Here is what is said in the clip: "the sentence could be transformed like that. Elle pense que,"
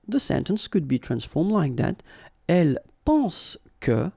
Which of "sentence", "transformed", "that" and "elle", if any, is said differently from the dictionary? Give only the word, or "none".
none